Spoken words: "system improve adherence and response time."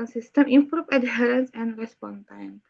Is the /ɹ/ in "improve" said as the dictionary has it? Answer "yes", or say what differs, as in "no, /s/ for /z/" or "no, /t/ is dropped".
yes